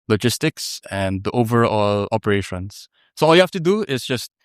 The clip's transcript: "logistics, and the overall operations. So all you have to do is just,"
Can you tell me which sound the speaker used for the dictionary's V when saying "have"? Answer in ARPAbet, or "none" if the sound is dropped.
F